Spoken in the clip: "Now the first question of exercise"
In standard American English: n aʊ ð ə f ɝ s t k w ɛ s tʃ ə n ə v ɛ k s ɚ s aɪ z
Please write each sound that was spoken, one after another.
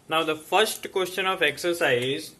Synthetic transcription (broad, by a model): n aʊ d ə f ɝ s t k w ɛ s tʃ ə n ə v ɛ k s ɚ s aɪ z